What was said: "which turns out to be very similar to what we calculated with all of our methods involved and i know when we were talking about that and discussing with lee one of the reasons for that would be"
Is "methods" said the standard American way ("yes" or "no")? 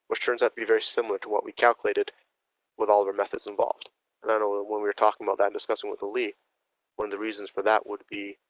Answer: yes